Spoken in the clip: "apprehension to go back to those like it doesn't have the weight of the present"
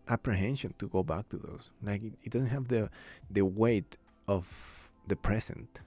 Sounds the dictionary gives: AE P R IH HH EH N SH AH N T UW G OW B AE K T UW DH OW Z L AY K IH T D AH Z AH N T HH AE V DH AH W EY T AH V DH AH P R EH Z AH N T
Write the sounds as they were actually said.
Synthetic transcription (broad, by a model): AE P R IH HH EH N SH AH N T UW G OW B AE K T UW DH OW S L AY K IH T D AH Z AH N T HH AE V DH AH W EY T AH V DH AH P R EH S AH N T